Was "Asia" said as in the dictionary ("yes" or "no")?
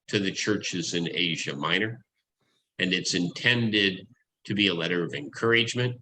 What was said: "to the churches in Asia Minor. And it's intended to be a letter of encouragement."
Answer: yes